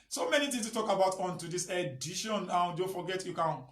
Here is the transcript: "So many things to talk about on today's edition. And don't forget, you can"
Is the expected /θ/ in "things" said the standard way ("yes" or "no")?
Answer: no